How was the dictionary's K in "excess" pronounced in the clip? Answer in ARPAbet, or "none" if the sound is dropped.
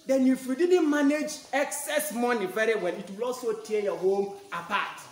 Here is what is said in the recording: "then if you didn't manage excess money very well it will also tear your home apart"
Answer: K